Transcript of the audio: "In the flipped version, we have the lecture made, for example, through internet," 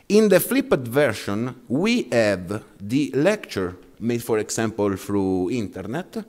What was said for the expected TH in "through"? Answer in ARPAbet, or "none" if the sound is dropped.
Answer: F